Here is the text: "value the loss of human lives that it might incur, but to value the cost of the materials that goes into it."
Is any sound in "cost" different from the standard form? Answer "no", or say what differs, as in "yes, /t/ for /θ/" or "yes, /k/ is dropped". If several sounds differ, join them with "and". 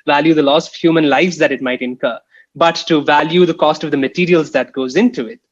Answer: no